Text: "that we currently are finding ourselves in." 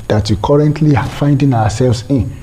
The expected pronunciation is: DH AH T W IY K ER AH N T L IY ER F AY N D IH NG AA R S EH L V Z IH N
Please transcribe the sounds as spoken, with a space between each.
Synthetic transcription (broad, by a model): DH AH T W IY K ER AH N T L IY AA F AY N D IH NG AA W S EH L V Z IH N